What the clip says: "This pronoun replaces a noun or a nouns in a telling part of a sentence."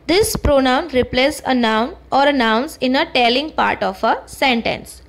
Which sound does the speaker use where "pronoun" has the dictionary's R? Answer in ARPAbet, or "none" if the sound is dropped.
R